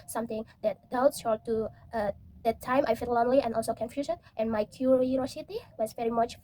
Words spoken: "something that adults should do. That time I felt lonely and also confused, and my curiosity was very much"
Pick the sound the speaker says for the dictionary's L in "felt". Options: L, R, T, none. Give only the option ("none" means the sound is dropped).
none